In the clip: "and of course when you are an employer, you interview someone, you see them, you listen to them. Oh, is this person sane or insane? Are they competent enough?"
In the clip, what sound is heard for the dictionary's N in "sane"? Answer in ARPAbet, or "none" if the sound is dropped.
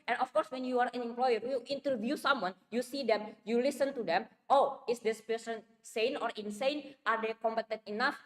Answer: N